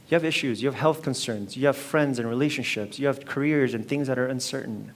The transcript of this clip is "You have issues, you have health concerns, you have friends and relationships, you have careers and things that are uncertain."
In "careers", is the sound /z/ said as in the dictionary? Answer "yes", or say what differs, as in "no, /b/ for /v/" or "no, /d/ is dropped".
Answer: yes